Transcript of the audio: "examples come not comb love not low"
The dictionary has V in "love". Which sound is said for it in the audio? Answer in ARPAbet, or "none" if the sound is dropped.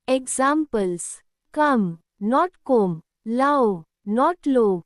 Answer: W